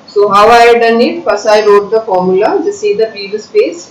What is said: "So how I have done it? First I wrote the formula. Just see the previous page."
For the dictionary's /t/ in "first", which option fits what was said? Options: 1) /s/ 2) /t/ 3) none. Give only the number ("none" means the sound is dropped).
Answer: 3